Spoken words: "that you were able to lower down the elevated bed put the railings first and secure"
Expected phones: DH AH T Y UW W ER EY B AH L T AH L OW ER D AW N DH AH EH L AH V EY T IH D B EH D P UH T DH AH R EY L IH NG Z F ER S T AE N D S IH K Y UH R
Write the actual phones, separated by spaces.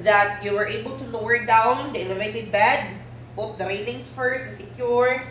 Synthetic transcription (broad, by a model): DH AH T Y UW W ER EY B AH L T AH L OW ER D AW N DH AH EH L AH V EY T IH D B EH D B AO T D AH R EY N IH NG S F ER S T S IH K Y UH R